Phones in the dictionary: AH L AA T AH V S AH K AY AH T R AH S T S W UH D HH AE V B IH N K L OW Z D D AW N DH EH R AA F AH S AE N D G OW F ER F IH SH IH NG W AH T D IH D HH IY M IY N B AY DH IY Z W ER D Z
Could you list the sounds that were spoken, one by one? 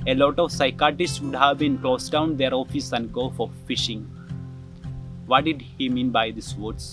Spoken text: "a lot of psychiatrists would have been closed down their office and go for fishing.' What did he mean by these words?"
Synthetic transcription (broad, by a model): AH L AA T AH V S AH K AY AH T AH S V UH D HH AE V B IH N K L OW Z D D AW N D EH R AA F AH S AE N D G OW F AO F IH SH IH NG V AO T D IH D HH IY M IY N B AY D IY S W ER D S